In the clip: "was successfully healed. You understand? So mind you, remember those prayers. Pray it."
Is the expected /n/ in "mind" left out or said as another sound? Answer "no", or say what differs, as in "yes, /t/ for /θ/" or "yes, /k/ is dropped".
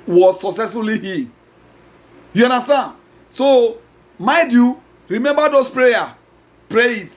yes, /n/ is dropped